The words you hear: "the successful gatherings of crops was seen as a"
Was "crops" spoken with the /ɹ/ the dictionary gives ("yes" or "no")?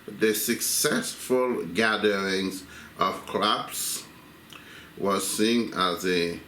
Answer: no